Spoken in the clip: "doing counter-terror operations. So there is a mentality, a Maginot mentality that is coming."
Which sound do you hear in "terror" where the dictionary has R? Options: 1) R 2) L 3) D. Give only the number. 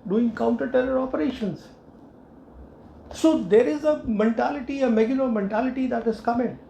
2